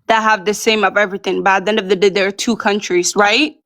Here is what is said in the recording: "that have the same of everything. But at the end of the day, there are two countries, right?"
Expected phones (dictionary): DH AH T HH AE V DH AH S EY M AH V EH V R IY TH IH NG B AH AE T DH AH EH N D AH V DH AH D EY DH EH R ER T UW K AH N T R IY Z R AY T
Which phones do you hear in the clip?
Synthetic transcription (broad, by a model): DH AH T HH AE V DH AH S EY M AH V EH V R IY TH IH NG B AH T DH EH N AH V DH AH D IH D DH ER T UW K AH N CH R IY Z R AY T